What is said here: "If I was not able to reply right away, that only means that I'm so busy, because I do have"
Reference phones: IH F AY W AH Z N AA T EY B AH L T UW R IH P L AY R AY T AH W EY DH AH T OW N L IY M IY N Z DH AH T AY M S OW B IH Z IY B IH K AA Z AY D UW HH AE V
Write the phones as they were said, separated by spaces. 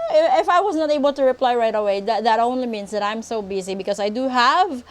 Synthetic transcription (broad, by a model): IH F AY W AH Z N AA T EY B AH L T UW R IH P L AY R AY T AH W EY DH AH T OW N L IY M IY N S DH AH T AY M S OW B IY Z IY B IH K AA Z AY D UW HH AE V